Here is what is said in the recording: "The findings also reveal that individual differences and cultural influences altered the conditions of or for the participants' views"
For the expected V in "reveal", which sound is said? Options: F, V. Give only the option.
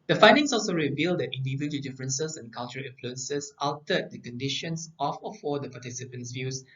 V